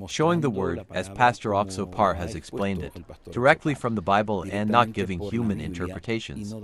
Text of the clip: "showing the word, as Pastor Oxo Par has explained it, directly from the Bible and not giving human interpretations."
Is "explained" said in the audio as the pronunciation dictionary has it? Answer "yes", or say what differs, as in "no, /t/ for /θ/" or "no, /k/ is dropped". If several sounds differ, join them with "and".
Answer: yes